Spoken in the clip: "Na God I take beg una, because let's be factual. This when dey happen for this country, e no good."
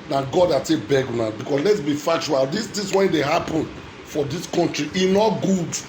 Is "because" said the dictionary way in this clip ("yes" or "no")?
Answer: no